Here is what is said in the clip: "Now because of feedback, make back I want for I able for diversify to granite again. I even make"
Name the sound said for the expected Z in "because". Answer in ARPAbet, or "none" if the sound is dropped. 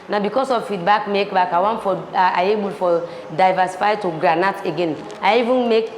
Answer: S